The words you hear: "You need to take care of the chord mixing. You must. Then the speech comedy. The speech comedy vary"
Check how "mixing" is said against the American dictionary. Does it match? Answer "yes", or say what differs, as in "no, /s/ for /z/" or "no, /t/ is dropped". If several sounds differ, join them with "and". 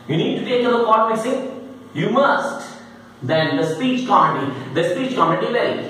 no, /k/ is dropped